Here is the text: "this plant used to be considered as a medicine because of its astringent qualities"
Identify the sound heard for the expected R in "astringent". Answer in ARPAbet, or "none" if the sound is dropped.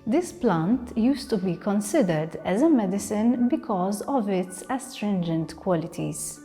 R